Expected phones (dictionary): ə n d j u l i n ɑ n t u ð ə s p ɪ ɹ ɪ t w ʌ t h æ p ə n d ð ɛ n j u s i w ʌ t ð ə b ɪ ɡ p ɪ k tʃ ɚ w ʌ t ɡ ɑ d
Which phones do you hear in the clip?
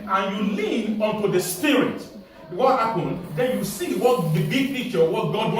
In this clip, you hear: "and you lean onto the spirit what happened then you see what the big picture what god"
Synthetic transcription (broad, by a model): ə n j u l i n ɑ n t u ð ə s p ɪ ɹ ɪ t w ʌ t h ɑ p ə n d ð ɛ n j u s i w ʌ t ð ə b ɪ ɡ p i tʃ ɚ w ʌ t ɡ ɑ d